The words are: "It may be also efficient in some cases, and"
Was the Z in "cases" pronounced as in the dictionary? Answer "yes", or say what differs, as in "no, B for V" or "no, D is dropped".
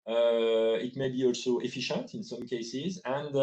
yes